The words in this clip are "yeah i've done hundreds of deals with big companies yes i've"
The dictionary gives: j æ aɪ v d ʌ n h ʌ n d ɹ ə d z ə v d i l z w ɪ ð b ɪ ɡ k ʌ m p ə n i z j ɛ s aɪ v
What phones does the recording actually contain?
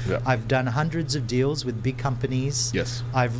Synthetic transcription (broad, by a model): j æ aɪ v d ʌ n h ʌ n d ɹ ə d z ə v d i l z w ɪ ð b ɪ ɡ k ʌ m p ə n i z j ɛ s aɪ v